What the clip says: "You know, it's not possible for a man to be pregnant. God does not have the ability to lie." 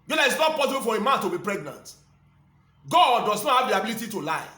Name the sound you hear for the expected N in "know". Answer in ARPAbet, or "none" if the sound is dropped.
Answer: L